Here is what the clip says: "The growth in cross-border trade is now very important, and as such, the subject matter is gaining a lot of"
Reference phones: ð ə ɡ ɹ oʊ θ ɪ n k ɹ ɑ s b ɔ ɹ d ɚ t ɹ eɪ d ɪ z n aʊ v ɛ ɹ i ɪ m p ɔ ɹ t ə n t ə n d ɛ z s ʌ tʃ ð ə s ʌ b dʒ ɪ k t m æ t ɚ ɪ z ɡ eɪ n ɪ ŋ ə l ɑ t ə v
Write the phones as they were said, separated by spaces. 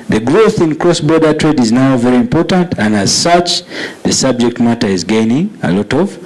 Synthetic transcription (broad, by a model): ð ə ɡ ɹ oʊ θ ɪ n k ɹ ɑ s b ɔ ɹ d ɚ t ɹ eɪ d ɪ z n aʊ v ɛ ɹ i ɪ m p ɔ ɹ t ə n t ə n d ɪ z s ʌ tʃ ð ə s ʌ b dʒ ɪ k t m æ t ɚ ɪ z ɡ eɪ n ɪ ŋ ə l ɑ t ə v